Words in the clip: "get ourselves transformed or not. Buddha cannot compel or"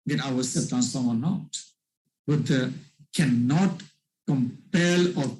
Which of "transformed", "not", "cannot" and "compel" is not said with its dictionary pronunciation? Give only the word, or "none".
transformed